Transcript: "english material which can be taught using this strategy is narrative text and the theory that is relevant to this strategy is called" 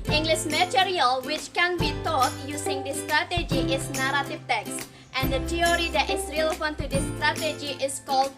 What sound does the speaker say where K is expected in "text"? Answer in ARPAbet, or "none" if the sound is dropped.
K